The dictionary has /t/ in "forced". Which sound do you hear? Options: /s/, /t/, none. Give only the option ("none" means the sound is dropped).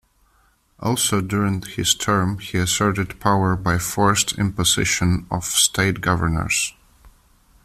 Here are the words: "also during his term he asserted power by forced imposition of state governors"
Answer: /t/